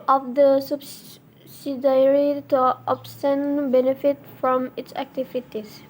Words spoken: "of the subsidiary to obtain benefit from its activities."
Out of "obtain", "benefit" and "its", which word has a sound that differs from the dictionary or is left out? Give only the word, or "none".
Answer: obtain